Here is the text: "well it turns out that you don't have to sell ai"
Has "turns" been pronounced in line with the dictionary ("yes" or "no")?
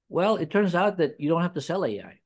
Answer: yes